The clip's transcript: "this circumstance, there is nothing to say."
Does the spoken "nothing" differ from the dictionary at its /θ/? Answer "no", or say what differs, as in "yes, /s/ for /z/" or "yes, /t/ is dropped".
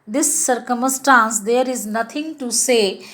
yes, /t/ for /θ/